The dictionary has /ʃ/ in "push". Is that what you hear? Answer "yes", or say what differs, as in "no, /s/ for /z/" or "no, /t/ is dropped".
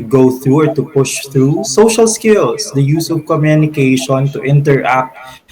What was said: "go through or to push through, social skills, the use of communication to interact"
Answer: yes